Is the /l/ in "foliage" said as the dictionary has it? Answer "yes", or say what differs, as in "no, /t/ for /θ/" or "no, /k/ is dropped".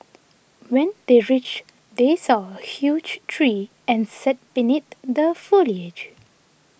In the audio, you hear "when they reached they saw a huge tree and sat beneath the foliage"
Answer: yes